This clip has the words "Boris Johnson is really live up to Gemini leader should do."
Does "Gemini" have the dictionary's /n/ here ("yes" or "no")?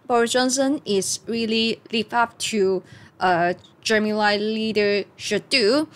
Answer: no